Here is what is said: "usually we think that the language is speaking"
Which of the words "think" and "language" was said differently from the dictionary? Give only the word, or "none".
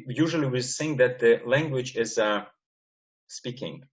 think